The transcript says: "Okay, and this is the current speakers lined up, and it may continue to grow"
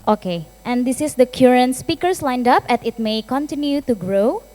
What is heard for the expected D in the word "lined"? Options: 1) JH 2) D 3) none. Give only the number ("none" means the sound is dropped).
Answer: 2